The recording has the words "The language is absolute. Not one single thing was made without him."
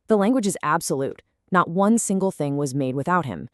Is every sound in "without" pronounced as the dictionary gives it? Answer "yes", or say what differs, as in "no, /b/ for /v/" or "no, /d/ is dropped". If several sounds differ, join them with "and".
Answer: yes